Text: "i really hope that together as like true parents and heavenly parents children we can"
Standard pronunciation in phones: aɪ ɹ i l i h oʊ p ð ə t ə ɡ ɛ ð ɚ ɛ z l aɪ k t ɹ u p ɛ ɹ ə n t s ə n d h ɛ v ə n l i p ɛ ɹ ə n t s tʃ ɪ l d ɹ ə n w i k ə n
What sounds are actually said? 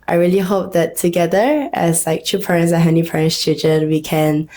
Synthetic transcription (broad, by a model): aɪ ɹ i l i h oʊ p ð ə t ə ɡ ɛ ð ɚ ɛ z l aɪ k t u p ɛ ɹ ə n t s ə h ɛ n i p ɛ ɹ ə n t s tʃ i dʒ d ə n w i k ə n